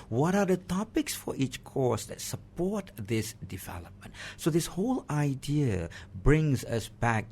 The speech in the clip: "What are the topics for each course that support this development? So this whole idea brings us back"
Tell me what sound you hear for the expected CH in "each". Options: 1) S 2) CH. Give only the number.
2